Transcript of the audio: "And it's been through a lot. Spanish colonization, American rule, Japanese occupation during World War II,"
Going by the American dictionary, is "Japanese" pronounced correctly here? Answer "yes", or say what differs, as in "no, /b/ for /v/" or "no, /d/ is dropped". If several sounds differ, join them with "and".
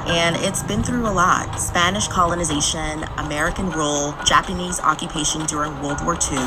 yes